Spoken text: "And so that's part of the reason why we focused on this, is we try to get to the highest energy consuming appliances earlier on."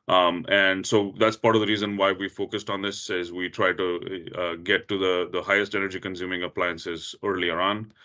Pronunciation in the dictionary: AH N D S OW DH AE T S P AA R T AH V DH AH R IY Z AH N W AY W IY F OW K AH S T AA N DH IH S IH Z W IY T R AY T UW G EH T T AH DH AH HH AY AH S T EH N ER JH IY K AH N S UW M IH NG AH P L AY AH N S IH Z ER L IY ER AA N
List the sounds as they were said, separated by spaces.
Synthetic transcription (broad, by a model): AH N D S OW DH AE T S P AA R T AH V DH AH R IY Z AH N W AY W IY F OW K AH S T AA N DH IH S IH Z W IY T R AY T UW G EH T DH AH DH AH HH AY AH S T EH N ER JH IY K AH N S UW M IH NG AH P L AY AH N S IH Z ER L IY ER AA N